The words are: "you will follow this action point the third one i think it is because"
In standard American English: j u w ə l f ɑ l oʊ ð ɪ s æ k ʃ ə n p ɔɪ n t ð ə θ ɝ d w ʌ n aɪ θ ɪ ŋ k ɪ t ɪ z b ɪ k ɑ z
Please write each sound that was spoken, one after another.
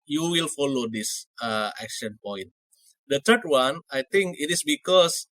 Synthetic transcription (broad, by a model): j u w ə l f ɑ l oʊ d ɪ s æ k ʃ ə n p ɔɪ n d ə t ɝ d w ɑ n aɪ t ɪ ŋ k ɪ t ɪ s b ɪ k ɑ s